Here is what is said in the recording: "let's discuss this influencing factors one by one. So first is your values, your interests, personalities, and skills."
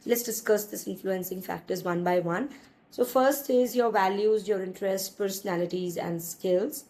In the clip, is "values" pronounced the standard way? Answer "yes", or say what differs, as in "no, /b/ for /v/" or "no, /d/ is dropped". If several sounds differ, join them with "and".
yes